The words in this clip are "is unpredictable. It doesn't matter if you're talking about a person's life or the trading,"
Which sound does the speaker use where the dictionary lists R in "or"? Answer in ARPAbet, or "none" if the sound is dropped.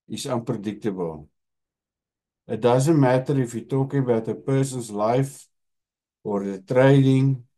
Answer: R